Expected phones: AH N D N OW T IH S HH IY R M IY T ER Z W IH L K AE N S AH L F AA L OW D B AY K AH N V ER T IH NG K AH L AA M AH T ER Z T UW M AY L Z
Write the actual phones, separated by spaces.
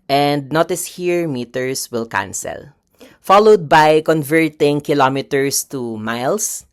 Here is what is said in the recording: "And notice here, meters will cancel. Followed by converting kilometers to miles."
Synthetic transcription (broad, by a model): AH N D N OW T IH S HH IY R M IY T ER S W IH L K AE N S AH L F AA L OW D B AY K AH N V ER T IH NG K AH L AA M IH T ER S T UW M AY L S